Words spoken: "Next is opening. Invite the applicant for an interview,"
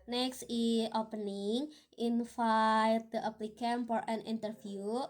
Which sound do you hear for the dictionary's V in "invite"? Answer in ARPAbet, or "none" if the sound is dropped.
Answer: F